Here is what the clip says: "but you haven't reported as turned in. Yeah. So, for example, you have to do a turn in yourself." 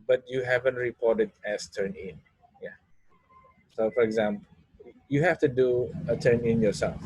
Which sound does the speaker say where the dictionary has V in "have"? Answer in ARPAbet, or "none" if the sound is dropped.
F